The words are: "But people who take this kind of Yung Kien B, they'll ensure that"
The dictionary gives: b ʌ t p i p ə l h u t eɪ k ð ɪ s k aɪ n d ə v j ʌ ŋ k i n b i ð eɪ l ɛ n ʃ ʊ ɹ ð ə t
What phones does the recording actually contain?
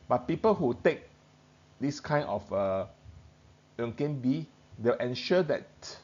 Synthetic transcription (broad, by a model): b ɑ t p i p ə l h u t eɪ k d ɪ s k aɪ n ə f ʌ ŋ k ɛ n b i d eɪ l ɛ n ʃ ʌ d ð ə t